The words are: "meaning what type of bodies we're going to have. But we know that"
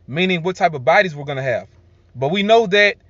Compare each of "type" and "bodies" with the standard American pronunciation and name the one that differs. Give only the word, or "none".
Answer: none